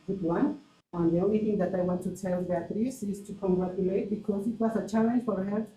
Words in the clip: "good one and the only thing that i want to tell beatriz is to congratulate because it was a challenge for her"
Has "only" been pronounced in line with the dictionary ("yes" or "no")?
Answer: no